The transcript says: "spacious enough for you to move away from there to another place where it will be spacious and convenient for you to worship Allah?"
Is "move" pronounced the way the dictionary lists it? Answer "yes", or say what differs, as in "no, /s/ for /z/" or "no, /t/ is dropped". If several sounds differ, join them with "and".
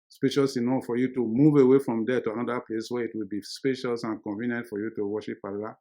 yes